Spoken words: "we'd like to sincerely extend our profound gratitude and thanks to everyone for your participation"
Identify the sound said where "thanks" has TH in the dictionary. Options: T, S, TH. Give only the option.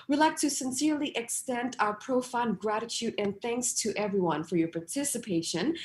TH